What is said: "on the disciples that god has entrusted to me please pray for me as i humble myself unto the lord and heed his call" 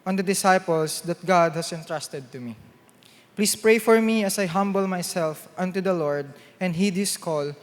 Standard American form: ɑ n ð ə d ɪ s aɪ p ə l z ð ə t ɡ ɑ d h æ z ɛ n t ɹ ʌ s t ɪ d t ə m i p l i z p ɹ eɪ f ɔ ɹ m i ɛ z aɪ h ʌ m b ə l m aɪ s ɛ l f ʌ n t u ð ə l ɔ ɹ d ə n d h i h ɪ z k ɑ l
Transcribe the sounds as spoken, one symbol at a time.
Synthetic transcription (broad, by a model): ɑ n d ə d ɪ s aɪ p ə l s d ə t ɡ ɑ d h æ s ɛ n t ɹ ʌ s t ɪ d t ə m i p l i s p ɹ eɪ f ɔ ɹ m i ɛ s aɪ h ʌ m b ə l m aɪ s ɛ l f ʌ n t u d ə l ɔ ɹ d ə n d h i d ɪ s k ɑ l